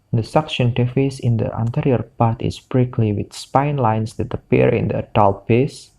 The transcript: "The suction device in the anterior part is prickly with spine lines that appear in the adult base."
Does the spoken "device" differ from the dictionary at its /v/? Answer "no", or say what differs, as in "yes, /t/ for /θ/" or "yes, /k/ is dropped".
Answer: yes, /f/ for /v/